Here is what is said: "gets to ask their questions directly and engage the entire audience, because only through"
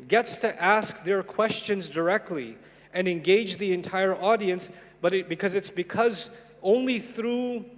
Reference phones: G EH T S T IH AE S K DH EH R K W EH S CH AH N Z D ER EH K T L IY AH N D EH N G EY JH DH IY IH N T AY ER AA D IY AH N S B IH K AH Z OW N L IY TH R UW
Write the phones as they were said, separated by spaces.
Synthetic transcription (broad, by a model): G EH T S T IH AE S K DH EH R K W EH S CH AH N Z D ER EH K T L IY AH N EH N G EY JH DH IY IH N T AY ER AA D IY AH N S B IH K AH Z OW N L IY TH R UW